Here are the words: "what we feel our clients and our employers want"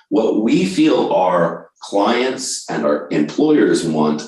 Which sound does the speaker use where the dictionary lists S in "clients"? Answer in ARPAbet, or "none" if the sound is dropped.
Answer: S